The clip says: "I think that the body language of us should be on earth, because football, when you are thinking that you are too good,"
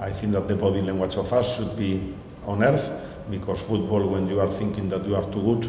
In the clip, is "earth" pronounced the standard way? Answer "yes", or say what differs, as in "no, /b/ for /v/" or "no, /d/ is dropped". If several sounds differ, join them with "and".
yes